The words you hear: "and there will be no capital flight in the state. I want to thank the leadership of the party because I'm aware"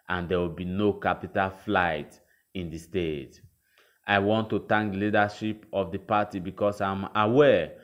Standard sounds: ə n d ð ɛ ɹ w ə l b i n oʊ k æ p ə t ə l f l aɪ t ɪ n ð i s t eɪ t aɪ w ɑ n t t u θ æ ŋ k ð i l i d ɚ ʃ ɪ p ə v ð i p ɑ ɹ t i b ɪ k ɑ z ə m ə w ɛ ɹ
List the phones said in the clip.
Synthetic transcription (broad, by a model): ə n d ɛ w ə l b i n oʊ k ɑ p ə t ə l f l aɪ t ɪ n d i s t eɪ t aɪ w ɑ n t t u t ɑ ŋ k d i l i d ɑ ʃ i p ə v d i p ɑ t i b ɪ k ɑ s ə m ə w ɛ